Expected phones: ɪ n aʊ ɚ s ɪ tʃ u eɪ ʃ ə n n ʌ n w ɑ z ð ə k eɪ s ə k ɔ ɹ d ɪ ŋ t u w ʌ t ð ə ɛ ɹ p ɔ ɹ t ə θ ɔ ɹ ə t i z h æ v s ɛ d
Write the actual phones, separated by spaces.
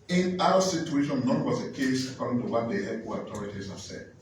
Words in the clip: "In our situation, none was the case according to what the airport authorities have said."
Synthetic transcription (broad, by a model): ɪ n aʊ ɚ s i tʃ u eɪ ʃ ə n n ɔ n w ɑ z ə k eɪ s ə k ɔ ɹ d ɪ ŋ t u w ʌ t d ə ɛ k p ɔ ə t ɔ ɹ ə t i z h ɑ s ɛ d